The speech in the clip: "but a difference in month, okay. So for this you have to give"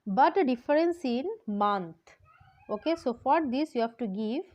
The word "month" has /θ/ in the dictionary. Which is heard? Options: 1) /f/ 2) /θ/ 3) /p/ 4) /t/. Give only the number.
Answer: 4